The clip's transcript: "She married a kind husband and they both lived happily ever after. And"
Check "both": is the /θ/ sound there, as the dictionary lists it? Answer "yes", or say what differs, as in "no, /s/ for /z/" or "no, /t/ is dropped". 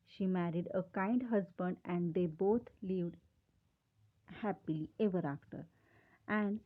no, /t/ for /θ/